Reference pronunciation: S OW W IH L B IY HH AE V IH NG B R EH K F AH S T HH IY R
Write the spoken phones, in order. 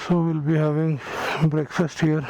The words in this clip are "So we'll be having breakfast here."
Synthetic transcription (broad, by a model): S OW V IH L B IY HH AE V IH NG B R EH K F AH S T HH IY R